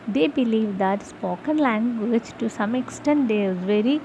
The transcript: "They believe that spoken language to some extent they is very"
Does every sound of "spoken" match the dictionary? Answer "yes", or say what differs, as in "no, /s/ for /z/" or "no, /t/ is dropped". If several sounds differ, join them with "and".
yes